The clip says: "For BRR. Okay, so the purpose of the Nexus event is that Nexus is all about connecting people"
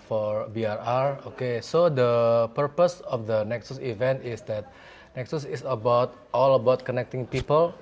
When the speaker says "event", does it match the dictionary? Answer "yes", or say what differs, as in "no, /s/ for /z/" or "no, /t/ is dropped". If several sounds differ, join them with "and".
yes